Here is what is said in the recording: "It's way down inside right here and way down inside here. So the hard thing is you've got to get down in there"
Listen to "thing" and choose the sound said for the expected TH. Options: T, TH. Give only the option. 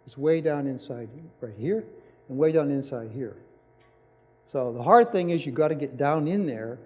TH